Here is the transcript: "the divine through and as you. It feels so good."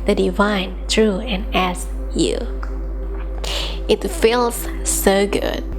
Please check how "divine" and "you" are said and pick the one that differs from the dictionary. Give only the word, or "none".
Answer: none